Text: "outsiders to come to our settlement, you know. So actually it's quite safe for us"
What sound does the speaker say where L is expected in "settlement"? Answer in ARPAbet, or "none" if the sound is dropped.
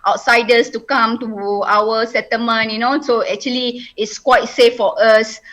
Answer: none